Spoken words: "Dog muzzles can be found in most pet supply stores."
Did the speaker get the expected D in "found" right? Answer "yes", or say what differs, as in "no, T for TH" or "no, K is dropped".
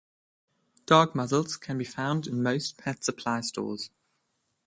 yes